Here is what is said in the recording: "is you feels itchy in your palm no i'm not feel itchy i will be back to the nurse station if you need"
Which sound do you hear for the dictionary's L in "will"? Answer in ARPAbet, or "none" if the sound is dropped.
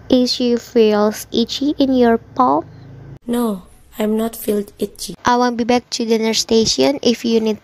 N